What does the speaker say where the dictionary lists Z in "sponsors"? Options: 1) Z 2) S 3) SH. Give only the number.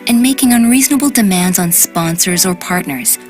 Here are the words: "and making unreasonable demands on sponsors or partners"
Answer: 1